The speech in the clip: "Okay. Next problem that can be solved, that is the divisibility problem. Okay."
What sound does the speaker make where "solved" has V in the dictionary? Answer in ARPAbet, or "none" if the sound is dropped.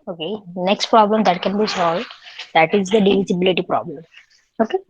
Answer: V